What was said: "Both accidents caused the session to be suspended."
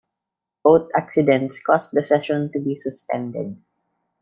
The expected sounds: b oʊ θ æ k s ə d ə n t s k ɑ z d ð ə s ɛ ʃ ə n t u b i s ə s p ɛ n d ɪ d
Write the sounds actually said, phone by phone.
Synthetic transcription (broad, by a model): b oʊ t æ k s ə d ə n t s k ɑ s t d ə s ɛ ʃ ə n t u b i s ə s p ɛ n d ɪ d